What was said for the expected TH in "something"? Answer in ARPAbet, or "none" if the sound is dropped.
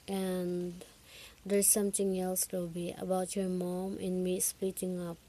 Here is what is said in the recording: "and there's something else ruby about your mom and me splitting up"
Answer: T